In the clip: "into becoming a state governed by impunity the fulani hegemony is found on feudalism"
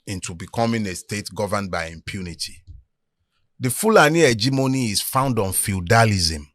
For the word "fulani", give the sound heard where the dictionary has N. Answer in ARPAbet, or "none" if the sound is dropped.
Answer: N